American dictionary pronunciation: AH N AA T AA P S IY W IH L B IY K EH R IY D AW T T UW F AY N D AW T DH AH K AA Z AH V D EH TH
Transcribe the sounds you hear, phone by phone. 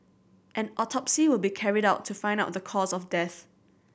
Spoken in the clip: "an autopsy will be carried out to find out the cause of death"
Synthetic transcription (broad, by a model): AH N AA T AA P S IY W IH L B IY K EH R IY D AW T T UW F AY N D AW T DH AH K AA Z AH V D EH TH